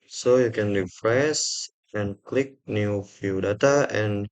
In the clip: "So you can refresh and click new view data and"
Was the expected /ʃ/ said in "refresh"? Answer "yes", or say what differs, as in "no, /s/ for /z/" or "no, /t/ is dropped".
no, /s/ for /ʃ/